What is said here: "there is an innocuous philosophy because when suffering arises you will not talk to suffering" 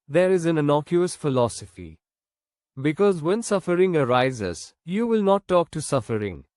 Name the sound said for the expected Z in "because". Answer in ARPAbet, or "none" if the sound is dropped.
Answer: Z